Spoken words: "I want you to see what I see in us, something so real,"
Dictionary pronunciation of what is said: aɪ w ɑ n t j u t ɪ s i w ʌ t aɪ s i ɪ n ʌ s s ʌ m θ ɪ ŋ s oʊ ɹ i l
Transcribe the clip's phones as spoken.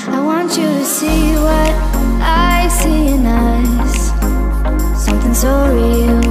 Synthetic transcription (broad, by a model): aɪ w ɑ n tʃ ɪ t ɪ s i w ʌ t aɪ s i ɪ n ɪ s s ʌ m θ ɪ ŋ s oʊ ɹ i l